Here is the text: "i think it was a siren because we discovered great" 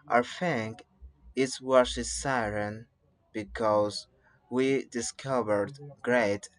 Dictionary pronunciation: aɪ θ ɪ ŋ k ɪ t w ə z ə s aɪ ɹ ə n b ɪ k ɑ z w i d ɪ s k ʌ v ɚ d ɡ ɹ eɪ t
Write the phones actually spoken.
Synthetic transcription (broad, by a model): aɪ f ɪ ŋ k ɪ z w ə s ə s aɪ ɹ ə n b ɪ k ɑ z w i d ɪ s k ʌ v ɚ d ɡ ɹ eɪ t